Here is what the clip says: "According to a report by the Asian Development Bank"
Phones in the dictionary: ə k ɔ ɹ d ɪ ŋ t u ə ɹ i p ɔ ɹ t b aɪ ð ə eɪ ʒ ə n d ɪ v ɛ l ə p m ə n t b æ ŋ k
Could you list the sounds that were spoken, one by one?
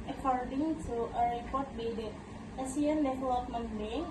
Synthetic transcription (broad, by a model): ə k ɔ ɹ d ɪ ŋ t u ə ɹ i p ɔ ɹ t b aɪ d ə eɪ s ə n d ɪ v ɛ l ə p m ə n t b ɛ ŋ